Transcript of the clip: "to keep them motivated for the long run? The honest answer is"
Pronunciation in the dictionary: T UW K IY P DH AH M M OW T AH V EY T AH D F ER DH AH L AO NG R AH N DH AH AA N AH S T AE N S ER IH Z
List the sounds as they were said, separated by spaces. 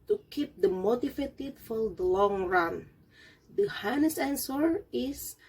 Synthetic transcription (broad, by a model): T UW K IY P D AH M M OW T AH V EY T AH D F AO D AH L AO NG R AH N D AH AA N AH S AE N S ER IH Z